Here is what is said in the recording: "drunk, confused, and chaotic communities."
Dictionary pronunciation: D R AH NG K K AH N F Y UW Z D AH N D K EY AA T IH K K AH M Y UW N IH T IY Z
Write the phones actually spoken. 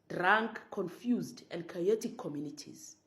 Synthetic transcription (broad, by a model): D R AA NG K K AH N F Y UW Z D AH N D K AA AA T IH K K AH M Y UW N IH T IY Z